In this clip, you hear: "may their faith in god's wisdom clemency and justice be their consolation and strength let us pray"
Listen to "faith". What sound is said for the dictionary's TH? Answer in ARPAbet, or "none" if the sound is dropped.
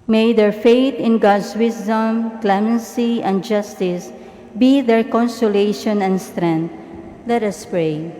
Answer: T